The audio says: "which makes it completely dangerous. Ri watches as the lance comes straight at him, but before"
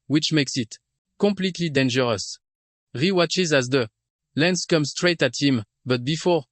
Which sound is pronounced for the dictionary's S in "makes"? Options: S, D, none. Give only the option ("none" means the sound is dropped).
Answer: S